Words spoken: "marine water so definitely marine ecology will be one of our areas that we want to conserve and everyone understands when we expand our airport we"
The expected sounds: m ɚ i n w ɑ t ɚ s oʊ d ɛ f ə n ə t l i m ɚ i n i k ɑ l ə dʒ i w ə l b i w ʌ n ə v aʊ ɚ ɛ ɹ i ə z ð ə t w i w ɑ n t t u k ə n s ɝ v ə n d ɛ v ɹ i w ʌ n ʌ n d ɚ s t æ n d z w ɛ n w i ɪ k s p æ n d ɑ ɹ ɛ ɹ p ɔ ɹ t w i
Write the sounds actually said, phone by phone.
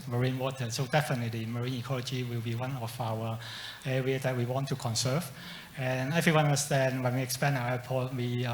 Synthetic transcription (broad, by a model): m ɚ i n w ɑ t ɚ s oʊ d ɛ f ə n ə t l i m ɚ i n i k ɑ l ə dʒ i w ə l b i w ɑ n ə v aʊ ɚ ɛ ɹ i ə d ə t w i w ɑ n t t u k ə n s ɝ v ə n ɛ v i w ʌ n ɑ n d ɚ s t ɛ n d w ɛ n w i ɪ k s p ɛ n ɑ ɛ p ɔ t w i